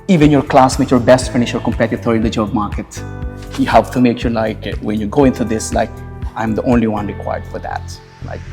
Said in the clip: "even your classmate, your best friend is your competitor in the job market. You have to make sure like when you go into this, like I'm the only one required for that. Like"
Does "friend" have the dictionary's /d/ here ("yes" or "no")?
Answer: no